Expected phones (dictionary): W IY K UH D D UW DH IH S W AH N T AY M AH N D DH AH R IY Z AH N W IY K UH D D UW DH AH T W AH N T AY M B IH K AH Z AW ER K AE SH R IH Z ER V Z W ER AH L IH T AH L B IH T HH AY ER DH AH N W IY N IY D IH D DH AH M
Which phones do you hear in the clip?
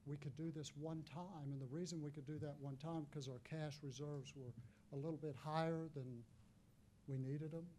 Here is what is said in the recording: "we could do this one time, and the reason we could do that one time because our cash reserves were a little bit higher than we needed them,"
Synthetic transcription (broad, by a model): W IY K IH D D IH DH IH S W AH N T AY M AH N DH AH R IY Z AH N W IY K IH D D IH DH AH T W AH N T AY M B K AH Z AW ER K AE SH R IH Z ER V Z W ER AH L IH T L B IH T HH AY ER DH AH N W IY N IY D IH D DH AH M